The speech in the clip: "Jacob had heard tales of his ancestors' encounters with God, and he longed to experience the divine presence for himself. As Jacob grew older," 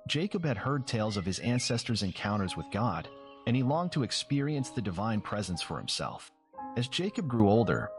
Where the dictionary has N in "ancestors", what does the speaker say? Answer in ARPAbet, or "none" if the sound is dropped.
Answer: N